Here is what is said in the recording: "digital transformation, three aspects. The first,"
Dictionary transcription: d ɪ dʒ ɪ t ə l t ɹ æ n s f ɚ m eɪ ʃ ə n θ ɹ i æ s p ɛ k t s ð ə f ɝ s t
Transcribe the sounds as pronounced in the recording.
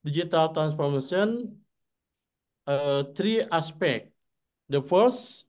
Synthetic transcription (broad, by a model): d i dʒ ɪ t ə l t ɹ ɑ n s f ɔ m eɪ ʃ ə n t ɹ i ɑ s p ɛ k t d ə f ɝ s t